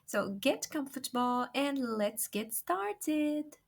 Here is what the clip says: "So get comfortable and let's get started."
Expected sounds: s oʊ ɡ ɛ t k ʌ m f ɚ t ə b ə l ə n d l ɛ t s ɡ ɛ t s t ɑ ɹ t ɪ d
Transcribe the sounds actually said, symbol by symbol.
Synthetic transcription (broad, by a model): s oʊ ɡ ɛ t k ʌ m f ɚ t ə b ə l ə n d l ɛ t s ɡ ɛ t s t ɑ ɹ t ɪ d